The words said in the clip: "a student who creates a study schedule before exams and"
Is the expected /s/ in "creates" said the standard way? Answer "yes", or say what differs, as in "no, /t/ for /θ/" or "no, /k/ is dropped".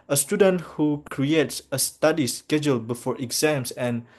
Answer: yes